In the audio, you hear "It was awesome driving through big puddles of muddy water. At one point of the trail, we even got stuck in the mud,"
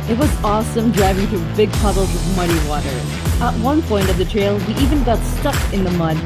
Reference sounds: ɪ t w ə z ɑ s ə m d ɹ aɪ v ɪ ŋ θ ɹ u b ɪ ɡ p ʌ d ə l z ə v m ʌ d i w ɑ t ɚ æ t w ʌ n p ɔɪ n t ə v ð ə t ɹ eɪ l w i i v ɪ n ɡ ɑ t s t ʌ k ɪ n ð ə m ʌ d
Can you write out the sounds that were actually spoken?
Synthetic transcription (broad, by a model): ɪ t w ə z ɑ s ə m d ɹ aɪ v ɪ ŋ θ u b ɪ ɡ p ʌ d l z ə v m ʌ d i w ɑ t ɚ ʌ t w ʌ n p ɔɪ n t ə v ð ə t ɹ eɪ l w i i v ɪ n ɡ ɑ t s t ʌ k ɪ n ð ə m ʌ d